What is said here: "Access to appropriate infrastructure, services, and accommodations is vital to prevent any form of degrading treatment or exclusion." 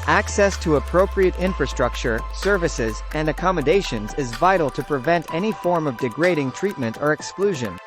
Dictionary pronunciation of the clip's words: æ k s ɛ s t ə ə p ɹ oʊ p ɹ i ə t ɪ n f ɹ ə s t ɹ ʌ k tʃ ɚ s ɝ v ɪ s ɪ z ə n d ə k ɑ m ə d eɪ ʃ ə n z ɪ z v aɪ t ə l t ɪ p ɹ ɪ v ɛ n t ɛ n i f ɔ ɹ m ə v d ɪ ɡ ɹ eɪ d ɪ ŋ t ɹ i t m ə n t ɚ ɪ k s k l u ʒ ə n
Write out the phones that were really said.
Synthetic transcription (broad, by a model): æ k s ɛ s t ə ə p ɹ oʊ p ɹ i ə t ɪ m f ɹ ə s t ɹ ʌ k tʃ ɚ s ɝ v ɪ s ɪ z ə n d ə k ɑ m ə d eɪ ʃ ə n z ɪ z v aɪ t l t ɪ p ɹ ɪ v ɛ n t ɛ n i f ɔ ɹ m ə v d ɪ ɡ ɹ eɪ d ɪ ŋ t ɹ i t m ə n t ɚ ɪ k s k l u ʒ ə n